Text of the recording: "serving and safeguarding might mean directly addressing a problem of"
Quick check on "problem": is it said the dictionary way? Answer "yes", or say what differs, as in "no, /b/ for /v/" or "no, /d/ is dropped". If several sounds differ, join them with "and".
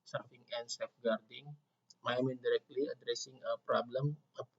yes